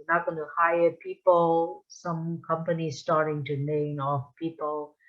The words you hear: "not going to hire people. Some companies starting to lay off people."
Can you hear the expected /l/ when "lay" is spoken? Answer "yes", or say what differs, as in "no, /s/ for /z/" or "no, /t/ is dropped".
no, /n/ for /l/